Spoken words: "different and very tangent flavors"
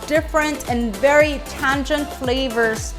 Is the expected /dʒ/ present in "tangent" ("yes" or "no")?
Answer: yes